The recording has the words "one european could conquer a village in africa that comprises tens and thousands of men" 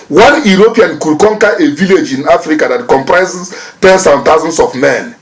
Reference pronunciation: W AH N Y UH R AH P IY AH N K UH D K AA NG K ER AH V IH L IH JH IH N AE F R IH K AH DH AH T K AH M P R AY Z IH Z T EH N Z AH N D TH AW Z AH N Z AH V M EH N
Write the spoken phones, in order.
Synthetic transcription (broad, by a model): W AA N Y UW R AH P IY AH N K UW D K AA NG K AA AH V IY L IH JH IH N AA F R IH K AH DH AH T K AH M P R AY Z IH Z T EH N S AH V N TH AW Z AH N S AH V M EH N